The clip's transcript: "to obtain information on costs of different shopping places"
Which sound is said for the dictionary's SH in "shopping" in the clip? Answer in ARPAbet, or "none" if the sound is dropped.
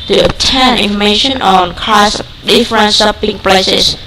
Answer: S